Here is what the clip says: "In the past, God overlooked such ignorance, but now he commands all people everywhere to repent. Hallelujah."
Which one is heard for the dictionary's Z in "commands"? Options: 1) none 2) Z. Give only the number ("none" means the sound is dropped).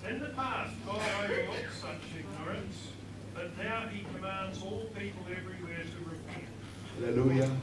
2